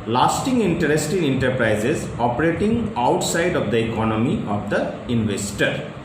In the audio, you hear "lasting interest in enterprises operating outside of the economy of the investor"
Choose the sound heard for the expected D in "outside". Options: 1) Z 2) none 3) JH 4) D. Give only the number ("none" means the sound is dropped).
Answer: 4